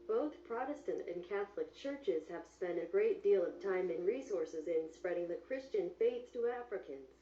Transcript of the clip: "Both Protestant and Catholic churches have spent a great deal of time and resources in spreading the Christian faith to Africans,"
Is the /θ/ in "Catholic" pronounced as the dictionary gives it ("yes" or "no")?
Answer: yes